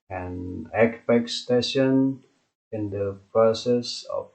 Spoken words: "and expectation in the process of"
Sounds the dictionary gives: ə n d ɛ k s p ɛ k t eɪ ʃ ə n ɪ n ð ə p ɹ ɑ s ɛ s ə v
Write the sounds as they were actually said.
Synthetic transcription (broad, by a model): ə n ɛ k p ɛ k t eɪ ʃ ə n ɪ n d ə p ɹ ɑ s ɛ s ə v